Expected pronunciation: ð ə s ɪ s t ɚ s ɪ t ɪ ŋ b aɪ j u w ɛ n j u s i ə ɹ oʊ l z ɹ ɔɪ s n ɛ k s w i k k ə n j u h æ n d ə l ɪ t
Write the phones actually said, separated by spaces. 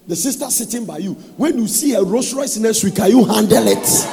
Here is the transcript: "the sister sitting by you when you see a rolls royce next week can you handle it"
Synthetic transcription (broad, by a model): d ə s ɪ s t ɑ s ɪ t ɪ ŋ b aɪ j u w ɛ n j u s i ə ɹ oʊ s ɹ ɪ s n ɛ s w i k k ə j u h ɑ n d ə l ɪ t